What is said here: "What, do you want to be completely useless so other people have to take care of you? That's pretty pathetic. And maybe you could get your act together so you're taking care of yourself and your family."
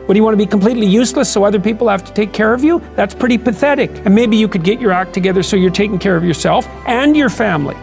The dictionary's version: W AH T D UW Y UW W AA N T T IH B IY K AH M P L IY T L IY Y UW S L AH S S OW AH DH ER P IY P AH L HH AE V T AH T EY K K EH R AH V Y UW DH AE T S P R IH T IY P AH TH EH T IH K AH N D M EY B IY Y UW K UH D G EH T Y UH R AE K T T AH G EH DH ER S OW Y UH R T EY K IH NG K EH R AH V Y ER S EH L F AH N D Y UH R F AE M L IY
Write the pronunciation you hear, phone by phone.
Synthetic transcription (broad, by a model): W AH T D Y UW W AA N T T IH B IY K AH M P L IY T L IY Y UW S L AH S S OW AH DH ER P IY P L HH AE F T AH T EY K K EH R AH V Y UW DH AE T S P R IH T IY P AH TH EH T IH K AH N M EY B IY Y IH K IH D G EH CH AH R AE K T T AH G EH DH ER S OW Y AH R T EY K IH NG K EH R AH V Y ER S EH L F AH N Y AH R F AE M L IY